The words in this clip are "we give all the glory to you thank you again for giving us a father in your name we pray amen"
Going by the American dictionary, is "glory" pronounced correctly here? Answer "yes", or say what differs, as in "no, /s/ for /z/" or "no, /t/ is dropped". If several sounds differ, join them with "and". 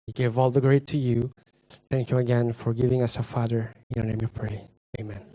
no, /ɹ/ is dropped